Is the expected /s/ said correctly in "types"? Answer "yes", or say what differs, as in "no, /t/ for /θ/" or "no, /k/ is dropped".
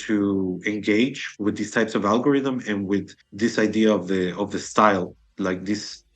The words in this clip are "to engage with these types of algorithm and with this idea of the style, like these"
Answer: yes